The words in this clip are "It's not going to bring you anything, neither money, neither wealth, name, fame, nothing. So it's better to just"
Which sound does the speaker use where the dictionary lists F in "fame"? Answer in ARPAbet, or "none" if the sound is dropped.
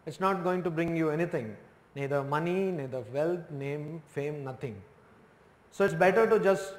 F